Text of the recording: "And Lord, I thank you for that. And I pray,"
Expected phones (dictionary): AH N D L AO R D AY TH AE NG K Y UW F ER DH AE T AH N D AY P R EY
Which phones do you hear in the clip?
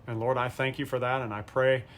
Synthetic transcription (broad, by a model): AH N L AO R D AY TH AE NG K Y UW F ER DH AE T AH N AY P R EY